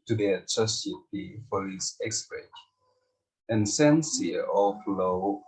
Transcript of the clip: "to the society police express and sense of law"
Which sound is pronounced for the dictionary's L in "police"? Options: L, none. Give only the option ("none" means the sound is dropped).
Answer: none